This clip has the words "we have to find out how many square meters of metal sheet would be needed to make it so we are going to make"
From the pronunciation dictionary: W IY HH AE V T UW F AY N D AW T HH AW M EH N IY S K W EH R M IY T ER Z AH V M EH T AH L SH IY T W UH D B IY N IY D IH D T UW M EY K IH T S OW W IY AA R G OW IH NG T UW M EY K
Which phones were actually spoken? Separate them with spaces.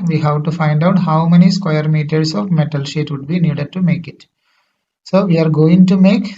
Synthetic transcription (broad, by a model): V IY HH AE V T UW F AY N D AW T HH AW M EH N IY S K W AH R M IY T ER S AH V M EH T AH L SH IY T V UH D B IY N IY D IH D T UW M EY K IH T S OW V IY AA R G OW IH NG T UW M EY K